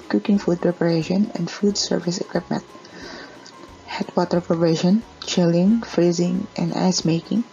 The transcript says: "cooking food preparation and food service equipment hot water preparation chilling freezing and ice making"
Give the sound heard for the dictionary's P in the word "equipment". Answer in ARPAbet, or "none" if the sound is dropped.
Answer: P